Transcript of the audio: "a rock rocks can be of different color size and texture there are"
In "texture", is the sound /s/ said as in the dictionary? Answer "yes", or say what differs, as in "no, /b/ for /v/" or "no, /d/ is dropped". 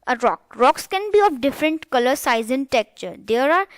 no, /s/ is dropped